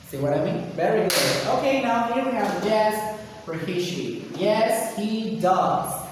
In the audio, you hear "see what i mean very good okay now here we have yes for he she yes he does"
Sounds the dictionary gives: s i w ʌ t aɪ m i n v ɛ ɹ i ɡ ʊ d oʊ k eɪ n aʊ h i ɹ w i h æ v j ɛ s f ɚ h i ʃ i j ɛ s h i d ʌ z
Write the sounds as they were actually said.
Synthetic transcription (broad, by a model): s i w ʌ t aɪ m i n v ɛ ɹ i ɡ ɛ oʊ k eɪ n aʊ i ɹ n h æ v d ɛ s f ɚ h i ʃ i j ɛ s h i d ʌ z